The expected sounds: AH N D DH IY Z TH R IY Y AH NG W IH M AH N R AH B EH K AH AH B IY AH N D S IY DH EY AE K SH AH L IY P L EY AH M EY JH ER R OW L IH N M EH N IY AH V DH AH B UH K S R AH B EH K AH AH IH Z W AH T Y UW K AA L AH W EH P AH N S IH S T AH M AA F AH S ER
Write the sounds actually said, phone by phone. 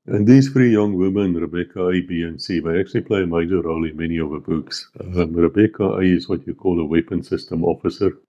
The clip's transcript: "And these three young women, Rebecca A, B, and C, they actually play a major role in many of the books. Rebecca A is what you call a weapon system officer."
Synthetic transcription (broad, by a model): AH N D DH IY Z F R IY Y AH NG W IH M AH N R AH B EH K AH AH B IY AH N S IY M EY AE K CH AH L IY P L EY AH M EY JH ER R OW L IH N M EH N IY AH V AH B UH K S R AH B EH K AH AH IH Z W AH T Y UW K AA L AH W EH P AH N S IH S T AH M AA F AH S ER